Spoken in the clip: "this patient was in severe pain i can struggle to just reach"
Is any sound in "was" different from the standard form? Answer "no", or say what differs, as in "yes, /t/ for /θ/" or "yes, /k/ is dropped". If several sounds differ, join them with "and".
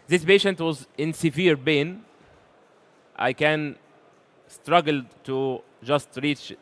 no